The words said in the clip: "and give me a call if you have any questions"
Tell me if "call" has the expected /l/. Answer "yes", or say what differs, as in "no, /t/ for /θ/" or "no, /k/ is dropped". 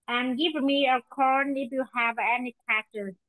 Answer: no, /n/ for /l/